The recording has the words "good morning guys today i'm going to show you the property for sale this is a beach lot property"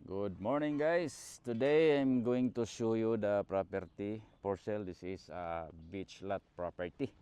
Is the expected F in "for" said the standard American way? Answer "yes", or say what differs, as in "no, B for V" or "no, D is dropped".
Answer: no, P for F